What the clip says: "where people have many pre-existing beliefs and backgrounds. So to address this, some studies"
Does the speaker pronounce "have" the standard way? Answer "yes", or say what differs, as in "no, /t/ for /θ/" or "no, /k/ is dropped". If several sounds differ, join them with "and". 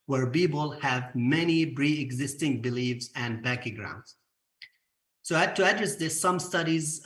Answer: yes